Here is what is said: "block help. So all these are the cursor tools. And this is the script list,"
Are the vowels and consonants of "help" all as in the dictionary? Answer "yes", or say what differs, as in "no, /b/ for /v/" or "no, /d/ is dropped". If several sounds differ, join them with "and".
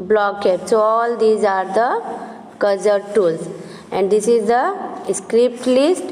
no, /l/ is dropped